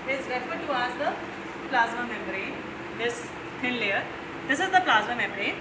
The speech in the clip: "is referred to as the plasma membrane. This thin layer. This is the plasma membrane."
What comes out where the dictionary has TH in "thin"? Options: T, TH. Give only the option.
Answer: T